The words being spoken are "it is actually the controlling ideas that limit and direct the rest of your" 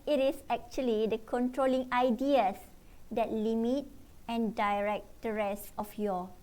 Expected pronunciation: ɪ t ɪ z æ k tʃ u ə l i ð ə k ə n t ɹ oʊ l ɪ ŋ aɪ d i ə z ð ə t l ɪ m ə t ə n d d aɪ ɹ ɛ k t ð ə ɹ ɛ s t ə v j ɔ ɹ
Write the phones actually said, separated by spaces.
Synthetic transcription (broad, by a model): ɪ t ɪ s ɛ k tʃ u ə l i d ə k ə n t ɹ oʊ l ɪ ŋ aɪ d i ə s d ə t l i m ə t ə n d d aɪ ɹ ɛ k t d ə ɹ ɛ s ə f j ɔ